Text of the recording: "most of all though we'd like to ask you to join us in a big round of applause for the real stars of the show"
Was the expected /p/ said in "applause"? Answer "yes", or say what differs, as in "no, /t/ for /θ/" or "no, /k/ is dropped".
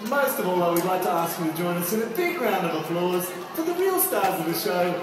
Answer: no, /f/ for /p/